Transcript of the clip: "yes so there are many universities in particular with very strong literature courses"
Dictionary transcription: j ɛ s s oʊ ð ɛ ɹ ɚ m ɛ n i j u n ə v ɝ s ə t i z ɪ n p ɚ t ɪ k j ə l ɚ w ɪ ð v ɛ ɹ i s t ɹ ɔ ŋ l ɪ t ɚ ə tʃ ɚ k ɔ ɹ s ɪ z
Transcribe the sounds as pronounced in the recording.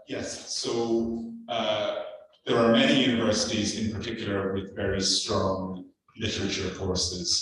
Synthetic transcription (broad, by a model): j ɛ s s oʊ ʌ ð ɚ m ɛ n i j u n ə v ɝ s ə t i z ɪ n p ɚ t ɪ k j l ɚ w ɪ ð v ɛ ɹ i s t ɹ ɔ ŋ l ɪ t ɚ ə tʃ ɚ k ɔ ɹ s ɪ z